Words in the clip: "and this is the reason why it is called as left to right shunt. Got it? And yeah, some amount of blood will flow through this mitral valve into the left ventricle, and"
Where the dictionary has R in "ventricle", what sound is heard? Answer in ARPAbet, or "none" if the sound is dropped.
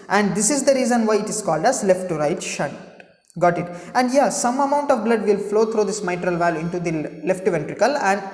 R